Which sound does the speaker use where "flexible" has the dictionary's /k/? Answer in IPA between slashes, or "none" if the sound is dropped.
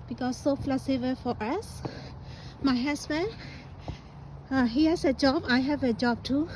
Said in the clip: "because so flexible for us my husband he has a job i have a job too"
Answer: none